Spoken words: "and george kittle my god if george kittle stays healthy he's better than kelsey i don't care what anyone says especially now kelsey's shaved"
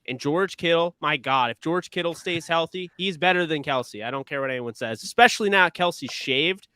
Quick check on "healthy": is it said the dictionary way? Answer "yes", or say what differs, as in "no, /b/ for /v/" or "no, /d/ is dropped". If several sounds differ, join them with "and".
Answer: yes